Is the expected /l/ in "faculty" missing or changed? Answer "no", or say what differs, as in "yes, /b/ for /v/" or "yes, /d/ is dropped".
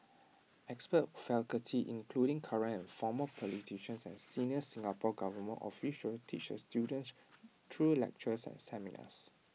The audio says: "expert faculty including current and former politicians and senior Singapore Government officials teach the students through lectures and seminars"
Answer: yes, /l/ is dropped